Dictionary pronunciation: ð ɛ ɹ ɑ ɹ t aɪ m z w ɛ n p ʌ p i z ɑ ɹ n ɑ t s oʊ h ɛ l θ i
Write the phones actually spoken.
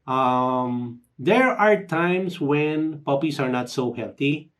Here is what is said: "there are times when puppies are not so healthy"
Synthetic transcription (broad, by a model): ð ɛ ɹ ɑ ɹ t aɪ m s w ɛ n p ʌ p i s ɑ ɹ n ɑ t s oʊ h ɛ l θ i